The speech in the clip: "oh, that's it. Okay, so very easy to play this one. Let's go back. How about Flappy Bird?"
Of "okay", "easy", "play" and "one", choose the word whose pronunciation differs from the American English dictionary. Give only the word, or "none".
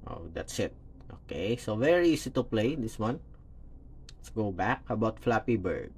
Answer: easy